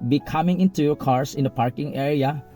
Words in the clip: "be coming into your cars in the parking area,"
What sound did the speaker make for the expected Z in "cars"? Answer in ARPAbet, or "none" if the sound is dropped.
S